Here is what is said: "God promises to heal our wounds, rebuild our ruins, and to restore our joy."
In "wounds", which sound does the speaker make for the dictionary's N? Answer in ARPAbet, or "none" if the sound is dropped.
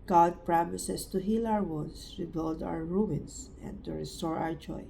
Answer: none